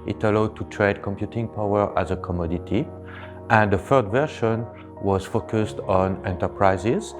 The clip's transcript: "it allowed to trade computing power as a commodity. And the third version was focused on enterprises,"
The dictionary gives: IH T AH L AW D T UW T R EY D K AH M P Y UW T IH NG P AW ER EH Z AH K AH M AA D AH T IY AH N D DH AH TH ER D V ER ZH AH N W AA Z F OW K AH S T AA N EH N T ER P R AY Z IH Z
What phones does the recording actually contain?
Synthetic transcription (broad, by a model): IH T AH L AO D T UW T R EY D K AH M P Y UW T IH NG P AW ER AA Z AH K AH M AA D AH T IY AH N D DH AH F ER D V ER SH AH N W AA Z F OW K AH S T AA N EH N T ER P R AY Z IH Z